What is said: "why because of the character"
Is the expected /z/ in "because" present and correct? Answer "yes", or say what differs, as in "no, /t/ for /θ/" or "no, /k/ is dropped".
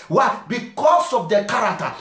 no, /s/ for /z/